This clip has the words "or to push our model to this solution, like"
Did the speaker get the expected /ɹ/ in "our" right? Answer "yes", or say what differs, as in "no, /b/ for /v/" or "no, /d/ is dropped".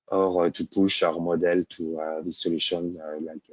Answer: yes